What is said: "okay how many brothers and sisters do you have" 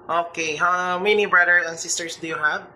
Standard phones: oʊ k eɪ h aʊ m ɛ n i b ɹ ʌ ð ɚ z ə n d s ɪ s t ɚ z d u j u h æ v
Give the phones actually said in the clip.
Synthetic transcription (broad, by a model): oʊ k eɪ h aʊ m ɛ n i b ɹ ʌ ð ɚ s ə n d s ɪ s t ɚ s d u j u h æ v